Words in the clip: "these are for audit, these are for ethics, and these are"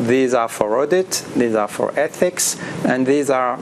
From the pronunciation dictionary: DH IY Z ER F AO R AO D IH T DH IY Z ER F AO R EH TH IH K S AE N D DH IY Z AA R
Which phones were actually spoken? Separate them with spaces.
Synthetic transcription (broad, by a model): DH IY Z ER F AO R AO D IH T DH IY Z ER F AO R EH TH IH K S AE N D DH IY Z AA R